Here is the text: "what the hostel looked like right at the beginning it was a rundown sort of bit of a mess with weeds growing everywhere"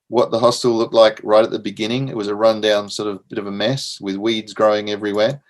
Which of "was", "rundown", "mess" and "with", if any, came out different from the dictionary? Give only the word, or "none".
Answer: none